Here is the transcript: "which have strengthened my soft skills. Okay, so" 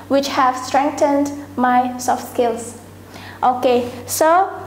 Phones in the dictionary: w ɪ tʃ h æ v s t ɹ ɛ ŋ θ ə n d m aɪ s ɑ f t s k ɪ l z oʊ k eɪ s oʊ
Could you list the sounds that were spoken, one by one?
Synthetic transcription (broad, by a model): w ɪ tʃ h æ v s t ɹ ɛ ŋ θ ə n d m aɪ s ɑ f t s k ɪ l s oʊ k eɪ s oʊ